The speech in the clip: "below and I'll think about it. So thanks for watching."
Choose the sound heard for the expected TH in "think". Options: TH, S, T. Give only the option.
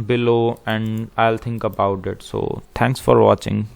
T